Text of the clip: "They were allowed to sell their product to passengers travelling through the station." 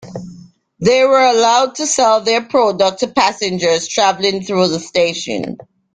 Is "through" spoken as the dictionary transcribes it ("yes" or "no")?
yes